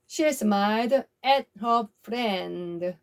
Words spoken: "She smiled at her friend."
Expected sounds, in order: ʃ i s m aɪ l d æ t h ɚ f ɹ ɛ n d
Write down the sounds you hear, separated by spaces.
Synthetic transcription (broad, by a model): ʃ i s m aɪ d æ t h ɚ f ɹ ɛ n d